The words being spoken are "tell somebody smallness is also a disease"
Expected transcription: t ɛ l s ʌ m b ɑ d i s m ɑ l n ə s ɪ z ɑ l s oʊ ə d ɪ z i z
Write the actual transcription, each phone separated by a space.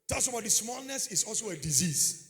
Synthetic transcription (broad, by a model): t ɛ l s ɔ b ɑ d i s m ɑ l n ə s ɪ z ɑ l s oʊ ə d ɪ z i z